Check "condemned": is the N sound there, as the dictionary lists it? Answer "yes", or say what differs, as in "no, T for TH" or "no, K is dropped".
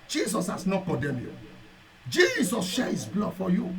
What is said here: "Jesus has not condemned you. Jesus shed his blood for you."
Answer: no, N is dropped